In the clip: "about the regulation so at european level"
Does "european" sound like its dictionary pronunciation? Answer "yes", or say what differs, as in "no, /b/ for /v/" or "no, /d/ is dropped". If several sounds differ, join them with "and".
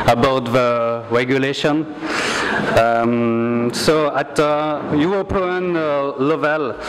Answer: no, /w/ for /ɹ/